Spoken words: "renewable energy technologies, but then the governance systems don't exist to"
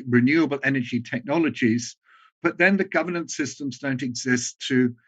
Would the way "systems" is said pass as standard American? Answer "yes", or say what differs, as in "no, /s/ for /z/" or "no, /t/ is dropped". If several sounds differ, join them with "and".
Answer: yes